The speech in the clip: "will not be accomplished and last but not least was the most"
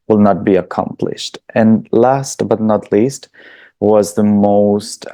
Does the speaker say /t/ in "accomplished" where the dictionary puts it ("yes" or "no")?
yes